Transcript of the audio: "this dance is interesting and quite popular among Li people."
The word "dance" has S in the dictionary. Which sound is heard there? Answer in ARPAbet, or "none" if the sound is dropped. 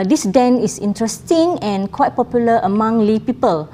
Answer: none